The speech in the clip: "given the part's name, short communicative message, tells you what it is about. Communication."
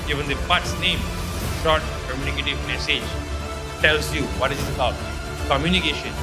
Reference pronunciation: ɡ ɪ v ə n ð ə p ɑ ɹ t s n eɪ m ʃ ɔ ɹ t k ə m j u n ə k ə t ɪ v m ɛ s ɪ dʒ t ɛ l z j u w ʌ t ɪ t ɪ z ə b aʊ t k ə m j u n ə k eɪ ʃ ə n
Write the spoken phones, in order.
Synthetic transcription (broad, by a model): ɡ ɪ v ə n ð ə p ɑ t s n eɪ m ʃ ɔ ɹ t k ə m j u n ə k ə t ɪ v m ɛ s ɪ dʒ t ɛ l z j u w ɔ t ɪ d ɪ s ə b aʊ t k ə m j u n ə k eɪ ʃ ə n